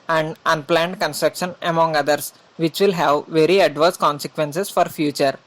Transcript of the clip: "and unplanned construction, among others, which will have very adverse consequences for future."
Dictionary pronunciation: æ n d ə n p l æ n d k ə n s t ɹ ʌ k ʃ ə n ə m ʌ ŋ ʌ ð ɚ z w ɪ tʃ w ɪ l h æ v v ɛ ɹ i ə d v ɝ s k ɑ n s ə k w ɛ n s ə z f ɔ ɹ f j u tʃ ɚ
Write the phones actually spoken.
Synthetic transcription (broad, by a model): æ n d ə n p l æ n d k ə n s t ɹ ʌ k ʃ ə n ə m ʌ ŋ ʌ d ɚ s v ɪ tʃ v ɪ l h æ v v ɛ ɹ i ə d v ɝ s k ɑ n s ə k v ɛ n s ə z f ɔ ɹ f j u tʃ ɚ